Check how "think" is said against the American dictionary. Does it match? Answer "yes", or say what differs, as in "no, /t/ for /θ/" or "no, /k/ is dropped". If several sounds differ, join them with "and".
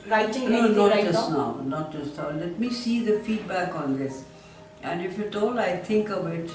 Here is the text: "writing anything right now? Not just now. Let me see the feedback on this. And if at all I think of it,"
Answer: no, /t/ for /θ/